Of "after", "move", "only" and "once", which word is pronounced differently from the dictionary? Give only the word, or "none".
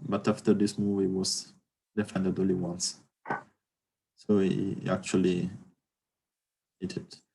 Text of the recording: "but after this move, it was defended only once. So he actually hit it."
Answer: only